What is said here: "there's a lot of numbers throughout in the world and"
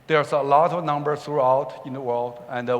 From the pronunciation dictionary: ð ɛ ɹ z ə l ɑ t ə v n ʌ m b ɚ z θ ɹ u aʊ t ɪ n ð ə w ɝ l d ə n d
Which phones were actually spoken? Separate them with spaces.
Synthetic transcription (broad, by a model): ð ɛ ɹ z ə l ɑ t ə v n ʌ m b ɚ θ ɹ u aʊ t ɪ n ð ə w ɝ l d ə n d